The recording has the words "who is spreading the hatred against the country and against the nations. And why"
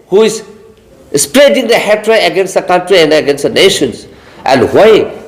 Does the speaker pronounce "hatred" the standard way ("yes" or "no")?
no